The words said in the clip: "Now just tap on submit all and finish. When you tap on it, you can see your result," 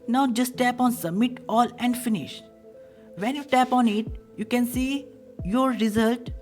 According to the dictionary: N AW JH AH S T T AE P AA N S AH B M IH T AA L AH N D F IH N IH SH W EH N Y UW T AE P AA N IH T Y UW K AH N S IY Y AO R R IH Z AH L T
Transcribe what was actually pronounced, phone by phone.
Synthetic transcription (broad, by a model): N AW JH AH S T T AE P AA N S AH B M IH T AA L AH N D F IH N IH SH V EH N Y UW T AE P AA N IH T Y UW K AH N S IY Y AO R R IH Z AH L T